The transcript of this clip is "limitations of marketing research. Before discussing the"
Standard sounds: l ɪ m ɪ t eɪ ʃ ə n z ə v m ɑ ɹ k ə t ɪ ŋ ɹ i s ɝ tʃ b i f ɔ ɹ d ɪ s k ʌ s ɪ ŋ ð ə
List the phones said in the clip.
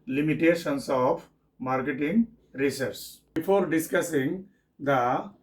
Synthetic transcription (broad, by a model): l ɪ m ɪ t eɪ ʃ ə n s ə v m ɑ ɹ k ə t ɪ ŋ ɹ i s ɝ s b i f ɔ ɹ d ɪ s k ʌ s ɪ ŋ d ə